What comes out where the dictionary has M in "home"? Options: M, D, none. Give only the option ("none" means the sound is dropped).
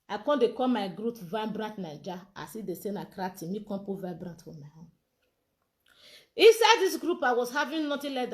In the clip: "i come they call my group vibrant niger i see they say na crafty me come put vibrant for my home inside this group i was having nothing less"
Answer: none